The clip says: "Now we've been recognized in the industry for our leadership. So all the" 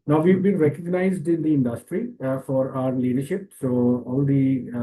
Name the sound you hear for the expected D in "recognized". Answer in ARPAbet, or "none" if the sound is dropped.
D